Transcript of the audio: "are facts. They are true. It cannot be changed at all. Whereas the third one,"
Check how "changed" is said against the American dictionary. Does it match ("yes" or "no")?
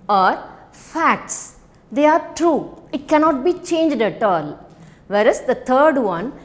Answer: yes